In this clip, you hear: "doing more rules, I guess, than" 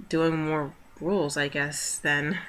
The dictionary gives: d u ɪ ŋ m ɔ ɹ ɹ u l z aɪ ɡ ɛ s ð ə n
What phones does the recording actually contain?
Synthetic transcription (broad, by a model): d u ɪ ŋ m ɔ ɹ ɹ u l z aɪ ɡ ɛ s ð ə n